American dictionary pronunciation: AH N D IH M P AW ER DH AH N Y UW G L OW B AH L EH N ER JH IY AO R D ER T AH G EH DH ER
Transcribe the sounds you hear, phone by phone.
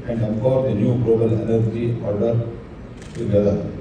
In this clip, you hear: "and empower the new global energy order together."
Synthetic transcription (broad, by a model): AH N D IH P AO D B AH N Y UW G L OW B AH L EH N ER JH IY AO R D ER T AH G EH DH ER